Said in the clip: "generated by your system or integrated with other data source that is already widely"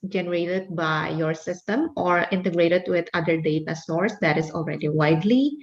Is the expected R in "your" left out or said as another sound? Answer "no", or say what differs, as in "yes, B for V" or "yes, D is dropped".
no